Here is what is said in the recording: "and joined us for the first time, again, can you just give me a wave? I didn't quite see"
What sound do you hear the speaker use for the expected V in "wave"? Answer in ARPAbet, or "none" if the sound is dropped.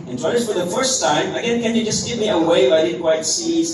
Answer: F